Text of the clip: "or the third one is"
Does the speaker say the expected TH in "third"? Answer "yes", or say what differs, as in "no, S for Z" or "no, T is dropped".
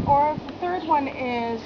yes